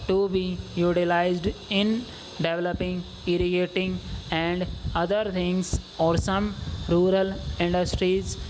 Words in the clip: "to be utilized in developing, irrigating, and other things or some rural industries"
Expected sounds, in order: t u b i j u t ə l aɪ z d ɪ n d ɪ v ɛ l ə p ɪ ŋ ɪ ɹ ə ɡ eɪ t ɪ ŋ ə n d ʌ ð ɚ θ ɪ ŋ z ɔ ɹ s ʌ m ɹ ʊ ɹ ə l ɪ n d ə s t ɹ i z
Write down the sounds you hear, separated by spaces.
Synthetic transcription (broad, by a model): t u b i j u t ə l aɪ z d ɪ n d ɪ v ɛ l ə p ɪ ŋ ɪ ɹ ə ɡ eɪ t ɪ ŋ ə n d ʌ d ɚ t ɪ ŋ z ɔ ɹ s ʌ m ɹ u ɹ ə l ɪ n d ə s t ɹ i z